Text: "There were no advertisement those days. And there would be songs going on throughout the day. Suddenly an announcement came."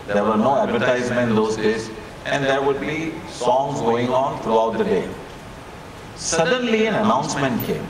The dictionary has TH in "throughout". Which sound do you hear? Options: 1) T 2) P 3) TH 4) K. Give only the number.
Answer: 1